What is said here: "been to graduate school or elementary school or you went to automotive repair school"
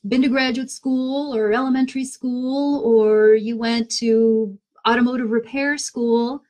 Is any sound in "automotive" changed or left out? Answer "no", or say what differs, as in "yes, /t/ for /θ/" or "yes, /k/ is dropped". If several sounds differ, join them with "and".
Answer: no